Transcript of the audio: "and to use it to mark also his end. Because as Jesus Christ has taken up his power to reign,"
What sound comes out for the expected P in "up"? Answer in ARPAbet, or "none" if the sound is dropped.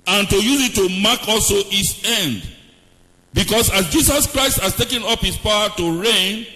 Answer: P